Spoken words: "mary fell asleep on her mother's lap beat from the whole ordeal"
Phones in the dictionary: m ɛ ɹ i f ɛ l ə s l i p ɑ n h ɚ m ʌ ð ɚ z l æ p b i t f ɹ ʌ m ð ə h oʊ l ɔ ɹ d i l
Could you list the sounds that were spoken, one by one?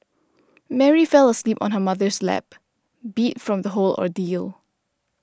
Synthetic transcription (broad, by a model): m ɛ ɹ i f ɛ l ə s l i p ɑ n h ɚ m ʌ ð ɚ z l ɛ p b i t f ɹ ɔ m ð ə h oʊ l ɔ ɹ d i l